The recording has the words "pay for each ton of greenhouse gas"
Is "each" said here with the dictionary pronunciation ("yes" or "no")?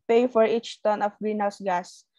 yes